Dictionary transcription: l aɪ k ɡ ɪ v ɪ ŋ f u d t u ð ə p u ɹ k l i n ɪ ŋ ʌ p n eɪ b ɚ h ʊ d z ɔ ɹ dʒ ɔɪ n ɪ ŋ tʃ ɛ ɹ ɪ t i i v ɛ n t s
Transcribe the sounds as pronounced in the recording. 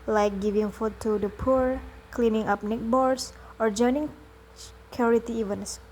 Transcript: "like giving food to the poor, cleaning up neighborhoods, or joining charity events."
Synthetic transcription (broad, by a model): l aɪ k ɡ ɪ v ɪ ŋ f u t u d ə p u ɹ k l i n ɪ ŋ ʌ p n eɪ b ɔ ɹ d s ɔ ɹ dʒ ɔɪ n ɪ ŋ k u ɹ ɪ t i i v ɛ n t s